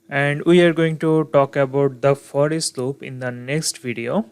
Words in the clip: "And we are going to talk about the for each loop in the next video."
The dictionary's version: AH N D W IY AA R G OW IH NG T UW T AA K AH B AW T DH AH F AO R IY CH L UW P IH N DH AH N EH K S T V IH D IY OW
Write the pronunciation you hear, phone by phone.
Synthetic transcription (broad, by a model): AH N D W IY AA R G OW IH NG T UW T AA K AH B AW T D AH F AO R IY S L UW P IH N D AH N EH K S T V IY D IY OW